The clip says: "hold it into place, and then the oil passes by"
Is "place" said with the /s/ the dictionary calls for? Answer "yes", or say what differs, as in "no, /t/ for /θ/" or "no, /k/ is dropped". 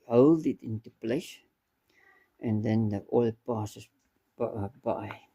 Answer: no, /ʃ/ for /s/